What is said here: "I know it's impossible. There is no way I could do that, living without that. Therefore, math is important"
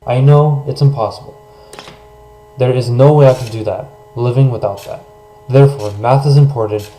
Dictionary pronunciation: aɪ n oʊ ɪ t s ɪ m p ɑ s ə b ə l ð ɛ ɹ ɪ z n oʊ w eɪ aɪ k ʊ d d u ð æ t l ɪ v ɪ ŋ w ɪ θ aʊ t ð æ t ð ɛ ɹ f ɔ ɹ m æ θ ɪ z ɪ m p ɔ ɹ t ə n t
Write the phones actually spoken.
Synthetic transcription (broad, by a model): aɪ n oʊ ɪ t s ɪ m p ɑ s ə b l ð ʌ ɹ ɪ z n oʊ w eɪ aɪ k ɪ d d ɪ ð æ t l ɪ v ɪ ŋ w ɪ θ aʊ t ð æ t ð ɛ ɹ f ɔ ɹ m æ θ ɪ z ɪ m p ɔ ɹ t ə n t